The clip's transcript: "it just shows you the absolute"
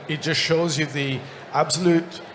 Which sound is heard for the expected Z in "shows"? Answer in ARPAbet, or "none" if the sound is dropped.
Z